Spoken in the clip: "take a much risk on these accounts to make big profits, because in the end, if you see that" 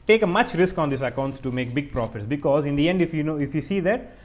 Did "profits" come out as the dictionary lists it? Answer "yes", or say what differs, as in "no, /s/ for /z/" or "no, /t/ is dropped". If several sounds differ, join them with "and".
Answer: yes